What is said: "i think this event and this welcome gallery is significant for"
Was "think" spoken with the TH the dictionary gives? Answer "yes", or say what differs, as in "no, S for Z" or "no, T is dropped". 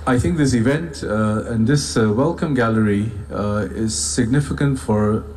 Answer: yes